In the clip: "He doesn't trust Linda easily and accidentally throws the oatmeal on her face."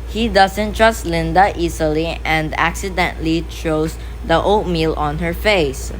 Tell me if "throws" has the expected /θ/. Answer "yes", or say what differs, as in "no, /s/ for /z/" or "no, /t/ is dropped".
no, /t/ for /θ/